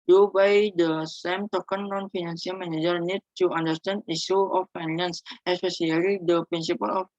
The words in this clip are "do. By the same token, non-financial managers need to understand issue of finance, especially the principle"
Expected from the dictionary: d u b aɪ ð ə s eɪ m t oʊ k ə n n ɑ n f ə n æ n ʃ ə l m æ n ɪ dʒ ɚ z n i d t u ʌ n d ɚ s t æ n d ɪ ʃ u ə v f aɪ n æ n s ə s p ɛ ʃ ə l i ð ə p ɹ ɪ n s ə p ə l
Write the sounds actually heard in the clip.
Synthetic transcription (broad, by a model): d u b aɪ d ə s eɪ m t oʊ k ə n n ɑ n f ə n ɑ n s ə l m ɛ n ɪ dʒ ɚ n i d t u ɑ n d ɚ s t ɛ n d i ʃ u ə f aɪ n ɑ n s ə s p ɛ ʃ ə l i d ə p ɹ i n s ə p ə l